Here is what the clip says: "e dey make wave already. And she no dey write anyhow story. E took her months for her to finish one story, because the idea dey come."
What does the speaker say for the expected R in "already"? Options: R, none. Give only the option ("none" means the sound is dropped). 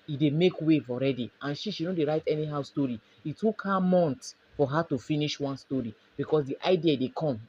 R